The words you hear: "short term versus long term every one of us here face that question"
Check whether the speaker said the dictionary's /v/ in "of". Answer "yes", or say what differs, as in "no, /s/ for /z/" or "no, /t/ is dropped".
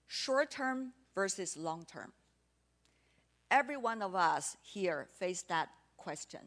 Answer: yes